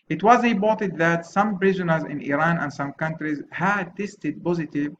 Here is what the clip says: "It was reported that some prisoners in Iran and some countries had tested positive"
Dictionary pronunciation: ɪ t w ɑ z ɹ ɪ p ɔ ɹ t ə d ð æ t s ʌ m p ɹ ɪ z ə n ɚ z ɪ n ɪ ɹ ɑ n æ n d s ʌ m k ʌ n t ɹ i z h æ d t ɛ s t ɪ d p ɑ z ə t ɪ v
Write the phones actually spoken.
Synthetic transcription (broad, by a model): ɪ t w ɑ z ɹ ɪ b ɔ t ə d ð æ t s ʌ m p ɹ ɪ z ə n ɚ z ɪ n ɪ ɹ ɑ n æ n d s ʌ m k ʌ n t ɹ i z h æ d t ɛ s t ɪ d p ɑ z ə t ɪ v